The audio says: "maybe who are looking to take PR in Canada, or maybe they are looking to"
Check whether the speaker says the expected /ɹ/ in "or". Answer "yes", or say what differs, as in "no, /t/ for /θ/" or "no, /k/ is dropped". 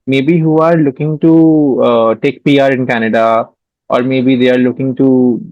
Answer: yes